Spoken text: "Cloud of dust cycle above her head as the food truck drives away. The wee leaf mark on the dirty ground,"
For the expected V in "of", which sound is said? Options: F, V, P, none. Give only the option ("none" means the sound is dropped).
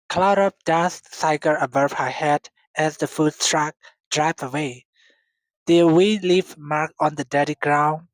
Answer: P